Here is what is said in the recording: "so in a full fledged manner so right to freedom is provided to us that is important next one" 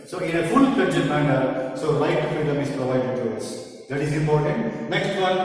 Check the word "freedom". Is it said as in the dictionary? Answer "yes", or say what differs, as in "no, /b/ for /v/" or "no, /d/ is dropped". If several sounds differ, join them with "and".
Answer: no, /ɹ/ is dropped